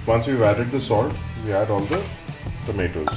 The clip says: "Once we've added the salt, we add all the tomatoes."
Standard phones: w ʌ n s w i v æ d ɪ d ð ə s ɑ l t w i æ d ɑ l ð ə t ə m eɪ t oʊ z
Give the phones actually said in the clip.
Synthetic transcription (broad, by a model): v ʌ n s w i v æ d ɪ d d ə s ɑ l t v i æ d ɑ l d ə t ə m eɪ t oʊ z